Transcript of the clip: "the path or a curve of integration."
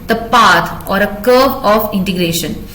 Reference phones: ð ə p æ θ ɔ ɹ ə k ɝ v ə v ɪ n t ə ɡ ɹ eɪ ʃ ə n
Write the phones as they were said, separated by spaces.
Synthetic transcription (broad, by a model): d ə p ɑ t ɔ ɹ ə k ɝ ə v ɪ n t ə ɡ ɹ eɪ ʃ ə n